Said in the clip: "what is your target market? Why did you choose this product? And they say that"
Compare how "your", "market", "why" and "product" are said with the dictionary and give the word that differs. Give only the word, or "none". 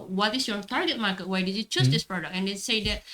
product